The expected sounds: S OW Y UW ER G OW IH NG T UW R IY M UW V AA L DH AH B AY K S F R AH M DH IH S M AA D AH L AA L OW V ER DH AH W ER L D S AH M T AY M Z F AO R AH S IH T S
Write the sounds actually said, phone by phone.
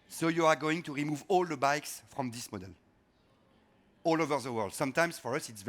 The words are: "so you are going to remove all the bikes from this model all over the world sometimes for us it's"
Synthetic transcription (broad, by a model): S OW Y UW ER G OW IH NG T UW R IY M UW V AA L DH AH B AY K S F R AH M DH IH S M AA D AH L AA L OW V ER DH AH W ER L D S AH M T AY M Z F AO R AH S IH T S